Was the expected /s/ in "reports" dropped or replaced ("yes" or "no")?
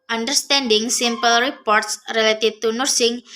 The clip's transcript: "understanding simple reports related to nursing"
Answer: no